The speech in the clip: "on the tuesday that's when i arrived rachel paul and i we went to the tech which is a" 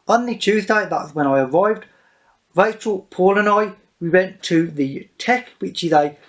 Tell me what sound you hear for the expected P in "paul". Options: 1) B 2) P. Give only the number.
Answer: 2